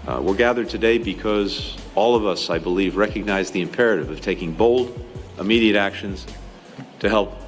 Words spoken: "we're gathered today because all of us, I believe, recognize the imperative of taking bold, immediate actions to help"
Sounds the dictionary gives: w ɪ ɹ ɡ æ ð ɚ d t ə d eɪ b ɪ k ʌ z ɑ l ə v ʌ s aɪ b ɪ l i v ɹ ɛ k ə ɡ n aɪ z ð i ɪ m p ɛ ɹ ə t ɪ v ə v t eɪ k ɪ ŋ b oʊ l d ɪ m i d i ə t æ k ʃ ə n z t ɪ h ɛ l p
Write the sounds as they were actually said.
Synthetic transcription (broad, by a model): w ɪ ɹ ɡ æ ð ɚ d t ə d eɪ b ɪ k ʌ z ɑ l ə v ʌ s aɪ b ɪ l i v ɹ ɛ k ə ɡ n aɪ z ð i ɪ m p ɛ ɹ ə t ɪ v ə v t eɪ k ɪ ŋ b oʊ l d ɪ m i d i ə t æ k ʃ ə n z t ɪ h ɛ l p